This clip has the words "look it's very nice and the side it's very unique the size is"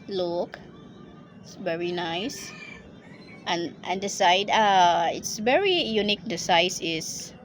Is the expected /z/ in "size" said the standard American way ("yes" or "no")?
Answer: no